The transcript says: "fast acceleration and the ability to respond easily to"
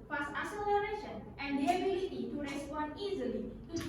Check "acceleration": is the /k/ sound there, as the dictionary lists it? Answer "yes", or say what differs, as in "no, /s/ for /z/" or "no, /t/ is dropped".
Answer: no, /k/ is dropped